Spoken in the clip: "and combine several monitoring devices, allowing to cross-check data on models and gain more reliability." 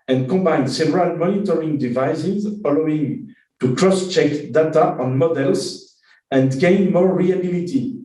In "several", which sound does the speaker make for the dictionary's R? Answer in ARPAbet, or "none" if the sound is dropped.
R